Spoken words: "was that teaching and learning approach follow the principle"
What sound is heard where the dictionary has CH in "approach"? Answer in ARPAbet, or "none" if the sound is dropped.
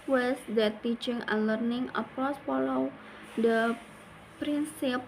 S